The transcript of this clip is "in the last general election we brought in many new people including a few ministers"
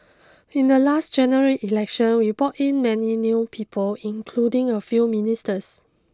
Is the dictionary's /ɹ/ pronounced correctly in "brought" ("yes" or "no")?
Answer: no